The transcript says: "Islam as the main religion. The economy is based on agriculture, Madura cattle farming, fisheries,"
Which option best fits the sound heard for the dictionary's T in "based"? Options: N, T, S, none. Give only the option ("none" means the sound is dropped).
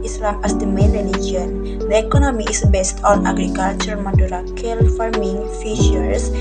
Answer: T